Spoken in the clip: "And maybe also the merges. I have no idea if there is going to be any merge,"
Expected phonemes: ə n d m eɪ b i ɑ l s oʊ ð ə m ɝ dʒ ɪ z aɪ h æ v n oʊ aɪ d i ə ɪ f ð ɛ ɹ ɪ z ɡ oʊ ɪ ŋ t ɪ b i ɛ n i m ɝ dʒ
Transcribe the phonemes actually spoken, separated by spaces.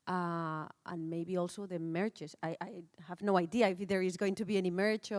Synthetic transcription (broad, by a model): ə n m eɪ b i ɑ l s oʊ ð ə m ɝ tʃ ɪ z aɪ h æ v n oʊ aɪ d i ə ɪ f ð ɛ ɹ ɪ z ɡ oʊ ɪ ŋ t ɪ b i ɛ n i m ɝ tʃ